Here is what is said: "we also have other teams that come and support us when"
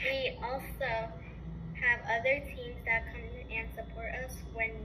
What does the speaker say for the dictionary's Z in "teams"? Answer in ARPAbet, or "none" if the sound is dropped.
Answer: Z